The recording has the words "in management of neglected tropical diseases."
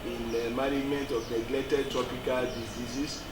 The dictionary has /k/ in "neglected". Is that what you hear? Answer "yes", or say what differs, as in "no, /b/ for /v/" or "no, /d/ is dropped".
no, /k/ is dropped